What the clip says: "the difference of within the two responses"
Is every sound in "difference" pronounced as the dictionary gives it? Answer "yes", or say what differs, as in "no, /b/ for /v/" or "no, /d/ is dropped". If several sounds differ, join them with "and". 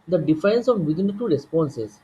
no, /ɹ/ is dropped